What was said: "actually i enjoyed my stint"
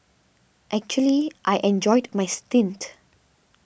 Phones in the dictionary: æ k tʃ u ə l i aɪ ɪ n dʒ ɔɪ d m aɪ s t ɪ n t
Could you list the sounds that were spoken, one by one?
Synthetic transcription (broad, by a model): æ k tʃ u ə l i aɪ ɪ n dʒ ɔɪ d m aɪ s t ɪ n t